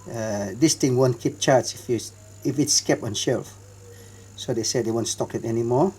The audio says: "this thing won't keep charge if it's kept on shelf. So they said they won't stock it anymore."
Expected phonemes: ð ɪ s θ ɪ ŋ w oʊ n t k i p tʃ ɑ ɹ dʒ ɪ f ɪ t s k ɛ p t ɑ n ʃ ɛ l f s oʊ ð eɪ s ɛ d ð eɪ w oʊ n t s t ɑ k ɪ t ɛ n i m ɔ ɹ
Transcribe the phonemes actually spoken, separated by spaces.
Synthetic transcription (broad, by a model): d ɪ s t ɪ ŋ w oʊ n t k i p tʃ ɑ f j ɪ f ɪ t s k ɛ p ɑ n ʃ ɛ l f s oʊ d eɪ s ɛ d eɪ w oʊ n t s t ɑ k ɪ t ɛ n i m ɔ